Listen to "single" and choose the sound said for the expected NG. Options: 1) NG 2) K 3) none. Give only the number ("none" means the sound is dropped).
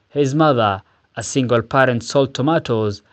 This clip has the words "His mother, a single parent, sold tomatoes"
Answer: 1